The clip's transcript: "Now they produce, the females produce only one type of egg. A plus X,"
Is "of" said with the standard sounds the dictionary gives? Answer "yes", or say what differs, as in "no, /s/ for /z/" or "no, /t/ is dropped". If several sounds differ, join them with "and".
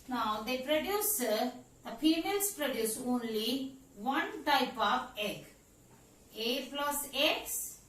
no, /p/ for /v/